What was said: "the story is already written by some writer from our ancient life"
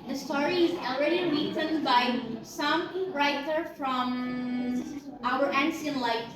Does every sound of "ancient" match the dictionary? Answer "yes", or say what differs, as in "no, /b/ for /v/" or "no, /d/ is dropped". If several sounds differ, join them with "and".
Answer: no, /s/ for /ʃ/